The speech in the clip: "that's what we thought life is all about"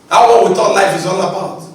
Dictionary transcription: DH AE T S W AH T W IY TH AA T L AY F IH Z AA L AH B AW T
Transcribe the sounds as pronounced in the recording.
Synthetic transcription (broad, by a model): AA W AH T W IY T AA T L AY F IH Z AA L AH B AW T